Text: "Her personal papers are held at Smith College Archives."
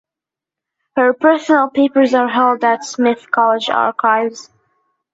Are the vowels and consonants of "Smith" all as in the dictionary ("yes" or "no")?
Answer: yes